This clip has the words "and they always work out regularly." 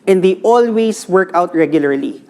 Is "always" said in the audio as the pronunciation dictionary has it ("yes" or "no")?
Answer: no